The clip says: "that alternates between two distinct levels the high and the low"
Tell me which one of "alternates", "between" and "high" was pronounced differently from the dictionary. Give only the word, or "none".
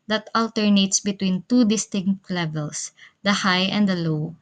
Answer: none